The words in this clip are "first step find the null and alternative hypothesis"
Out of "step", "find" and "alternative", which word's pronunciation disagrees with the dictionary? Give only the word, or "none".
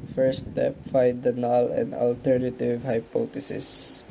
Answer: find